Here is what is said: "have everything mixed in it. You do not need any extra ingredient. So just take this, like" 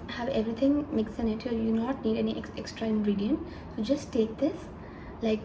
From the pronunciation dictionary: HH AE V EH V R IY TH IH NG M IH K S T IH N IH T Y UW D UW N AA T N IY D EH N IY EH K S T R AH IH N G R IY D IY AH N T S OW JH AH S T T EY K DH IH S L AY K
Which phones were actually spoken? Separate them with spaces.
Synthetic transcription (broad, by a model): HH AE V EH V R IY T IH NG M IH K S IH N IH T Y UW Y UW N AA T N IY D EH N IY EH K S T R AH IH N G R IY D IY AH N T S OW JH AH S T T EY K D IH S L AY K